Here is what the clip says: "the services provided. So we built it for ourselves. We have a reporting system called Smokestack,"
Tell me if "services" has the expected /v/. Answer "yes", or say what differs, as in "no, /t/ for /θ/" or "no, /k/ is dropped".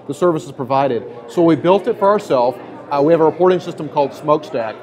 yes